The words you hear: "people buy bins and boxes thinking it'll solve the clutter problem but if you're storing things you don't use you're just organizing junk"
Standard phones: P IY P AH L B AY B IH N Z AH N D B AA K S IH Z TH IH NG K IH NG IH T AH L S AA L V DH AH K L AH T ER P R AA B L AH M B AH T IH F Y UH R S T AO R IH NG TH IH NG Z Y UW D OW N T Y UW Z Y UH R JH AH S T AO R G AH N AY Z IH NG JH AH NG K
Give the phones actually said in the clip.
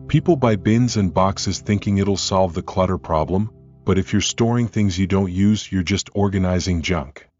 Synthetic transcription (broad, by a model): P IY P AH L B AY B IH N Z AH N B AA K S IH Z TH IH NG K IH NG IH T L S AA L V DH AH K L AH T ER P R AA B L AH M B AH T IH F Y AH R S T AO R IH NG TH IH NG Z Y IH D OW N T Y UW Z Y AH R JH AH S T AO R G AH N AY Z IH NG JH AH NG K